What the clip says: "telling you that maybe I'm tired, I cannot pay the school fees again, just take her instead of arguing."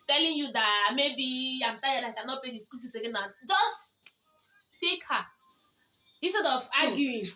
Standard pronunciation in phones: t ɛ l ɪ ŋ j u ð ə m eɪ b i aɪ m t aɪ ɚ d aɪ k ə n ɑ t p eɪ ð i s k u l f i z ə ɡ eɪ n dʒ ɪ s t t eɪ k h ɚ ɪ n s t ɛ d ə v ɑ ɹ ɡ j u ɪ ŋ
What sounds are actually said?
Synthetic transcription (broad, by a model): t ɛ l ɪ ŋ j u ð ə m eɪ b i aɪ m t aɪ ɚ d aɪ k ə n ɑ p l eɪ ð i s k u l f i ə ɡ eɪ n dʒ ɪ s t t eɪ k h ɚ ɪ s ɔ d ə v ɑ ɡ j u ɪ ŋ